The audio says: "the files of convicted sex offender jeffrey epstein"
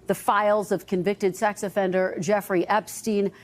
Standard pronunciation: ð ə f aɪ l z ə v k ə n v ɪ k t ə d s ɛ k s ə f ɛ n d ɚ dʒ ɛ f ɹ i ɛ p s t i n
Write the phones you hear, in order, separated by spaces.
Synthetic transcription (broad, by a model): ð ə f aɪ l z ə v k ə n v ɪ k t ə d s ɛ k s ə f ɛ n d ɚ dʒ ɛ f ɹ i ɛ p s t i n